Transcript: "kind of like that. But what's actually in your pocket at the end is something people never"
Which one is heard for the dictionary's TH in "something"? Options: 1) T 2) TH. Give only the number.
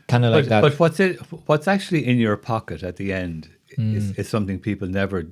2